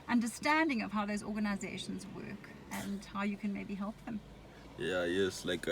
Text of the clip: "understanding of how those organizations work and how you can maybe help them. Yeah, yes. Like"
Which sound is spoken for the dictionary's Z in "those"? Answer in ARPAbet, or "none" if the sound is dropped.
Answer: Z